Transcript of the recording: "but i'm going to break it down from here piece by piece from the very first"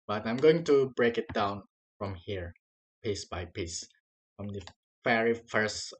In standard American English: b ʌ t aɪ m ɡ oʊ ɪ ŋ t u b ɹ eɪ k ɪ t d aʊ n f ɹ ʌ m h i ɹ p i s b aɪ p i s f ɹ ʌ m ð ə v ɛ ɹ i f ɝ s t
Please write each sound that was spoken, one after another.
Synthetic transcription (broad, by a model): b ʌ t aɪ m ɡ oʊ ɪ ŋ t u b ɹ eɪ k ɪ t d aʊ n f ɹ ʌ m h i ɹ p i s b aɪ p i s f ɹ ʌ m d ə f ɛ ɹ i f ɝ s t